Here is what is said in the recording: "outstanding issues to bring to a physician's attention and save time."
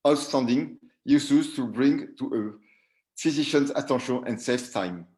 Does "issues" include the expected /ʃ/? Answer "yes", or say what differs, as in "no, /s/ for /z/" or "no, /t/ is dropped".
no, /s/ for /ʃ/